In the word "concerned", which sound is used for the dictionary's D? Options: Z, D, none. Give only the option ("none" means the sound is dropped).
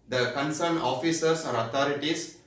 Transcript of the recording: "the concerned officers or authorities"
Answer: none